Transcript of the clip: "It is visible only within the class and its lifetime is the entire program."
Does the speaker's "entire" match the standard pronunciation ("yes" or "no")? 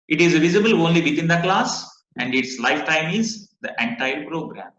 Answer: yes